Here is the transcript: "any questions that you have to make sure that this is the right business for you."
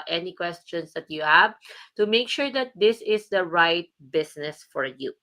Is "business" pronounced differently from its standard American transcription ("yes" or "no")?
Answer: yes